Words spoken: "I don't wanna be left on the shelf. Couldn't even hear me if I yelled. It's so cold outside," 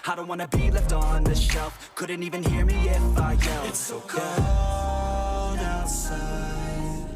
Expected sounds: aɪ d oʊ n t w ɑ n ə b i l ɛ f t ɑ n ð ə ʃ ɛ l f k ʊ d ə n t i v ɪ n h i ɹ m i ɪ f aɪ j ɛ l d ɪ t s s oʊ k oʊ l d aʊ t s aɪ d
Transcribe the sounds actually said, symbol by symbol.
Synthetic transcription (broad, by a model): aɪ d oʊ n t w ɑ n ə b i l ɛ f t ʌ n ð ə ʃ ɛ l f k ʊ d n t i v ɪ n h i ɹ m i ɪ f aɪ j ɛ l ɪ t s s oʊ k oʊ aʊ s